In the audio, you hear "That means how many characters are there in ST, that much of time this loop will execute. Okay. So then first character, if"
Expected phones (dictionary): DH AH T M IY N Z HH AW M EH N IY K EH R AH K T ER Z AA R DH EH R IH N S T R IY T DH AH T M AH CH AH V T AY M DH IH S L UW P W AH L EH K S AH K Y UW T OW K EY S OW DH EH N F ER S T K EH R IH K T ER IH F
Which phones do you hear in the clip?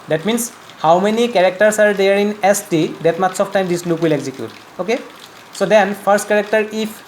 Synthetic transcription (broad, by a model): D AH T M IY N S HH AW M EH N IY K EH R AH K T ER S AA R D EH R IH N S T IY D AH T M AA S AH F T AY M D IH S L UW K W AH L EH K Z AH K Y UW T OW K EY S OW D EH N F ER S T K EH R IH K T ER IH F